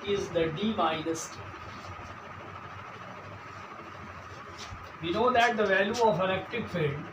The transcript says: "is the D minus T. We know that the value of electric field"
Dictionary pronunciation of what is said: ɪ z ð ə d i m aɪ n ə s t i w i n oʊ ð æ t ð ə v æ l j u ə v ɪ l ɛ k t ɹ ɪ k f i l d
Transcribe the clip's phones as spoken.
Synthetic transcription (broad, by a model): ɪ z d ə d i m aɪ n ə s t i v i n oʊ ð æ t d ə v æ l j u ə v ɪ n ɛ k t ɪ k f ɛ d